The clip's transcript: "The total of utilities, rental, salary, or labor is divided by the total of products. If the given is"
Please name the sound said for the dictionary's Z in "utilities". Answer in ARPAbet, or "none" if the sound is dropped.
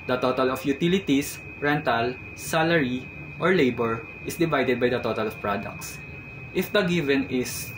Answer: S